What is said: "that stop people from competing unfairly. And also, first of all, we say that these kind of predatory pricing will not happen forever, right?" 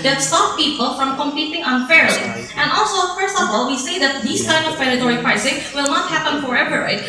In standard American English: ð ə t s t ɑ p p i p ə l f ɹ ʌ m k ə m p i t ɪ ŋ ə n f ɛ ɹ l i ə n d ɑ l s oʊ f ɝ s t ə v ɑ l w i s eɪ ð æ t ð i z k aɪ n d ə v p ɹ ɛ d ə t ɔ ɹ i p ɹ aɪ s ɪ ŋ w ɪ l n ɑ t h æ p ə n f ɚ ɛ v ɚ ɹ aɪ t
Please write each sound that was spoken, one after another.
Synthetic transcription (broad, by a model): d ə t s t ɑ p p i p ə l f ɹ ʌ m k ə m p i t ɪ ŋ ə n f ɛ ɹ i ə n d ɑ l s oʊ f ɝ s t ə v ɑ l w i s eɪ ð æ t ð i s k aɪ n d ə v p ɛ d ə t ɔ ɹ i p ɹ aɪ s ɪ ŋ w ɪ l n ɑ t h æ p ə n f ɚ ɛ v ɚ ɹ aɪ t